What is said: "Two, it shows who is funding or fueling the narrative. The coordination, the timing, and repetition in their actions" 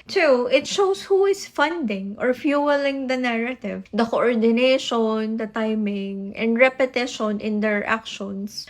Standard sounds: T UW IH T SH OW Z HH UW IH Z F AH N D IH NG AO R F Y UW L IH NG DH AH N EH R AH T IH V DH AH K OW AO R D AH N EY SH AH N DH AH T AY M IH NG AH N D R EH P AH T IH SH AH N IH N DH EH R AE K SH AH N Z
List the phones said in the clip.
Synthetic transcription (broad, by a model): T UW IH T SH OW S HH UW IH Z F AH N D IH NG AO R F Y UW L IH NG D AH N EH R AH T IH V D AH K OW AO R D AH N EY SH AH N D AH T AY M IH NG AH N D R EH P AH T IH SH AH N IH N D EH R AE K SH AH N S